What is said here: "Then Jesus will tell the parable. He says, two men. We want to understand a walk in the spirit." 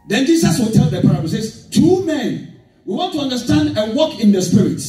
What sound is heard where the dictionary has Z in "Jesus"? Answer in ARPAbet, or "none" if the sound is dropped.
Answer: S